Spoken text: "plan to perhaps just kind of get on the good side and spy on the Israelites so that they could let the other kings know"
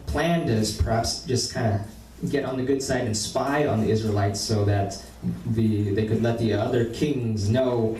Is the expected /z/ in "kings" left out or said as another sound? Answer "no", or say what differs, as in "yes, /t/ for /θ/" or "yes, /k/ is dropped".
no